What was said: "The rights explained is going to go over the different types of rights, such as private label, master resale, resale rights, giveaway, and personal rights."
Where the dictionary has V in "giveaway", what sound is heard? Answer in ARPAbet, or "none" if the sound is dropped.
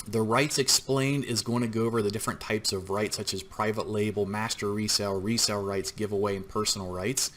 V